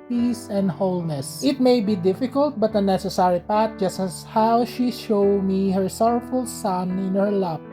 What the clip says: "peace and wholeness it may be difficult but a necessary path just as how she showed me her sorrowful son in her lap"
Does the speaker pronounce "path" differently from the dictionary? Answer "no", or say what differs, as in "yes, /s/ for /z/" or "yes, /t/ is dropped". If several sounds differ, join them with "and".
yes, /t/ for /θ/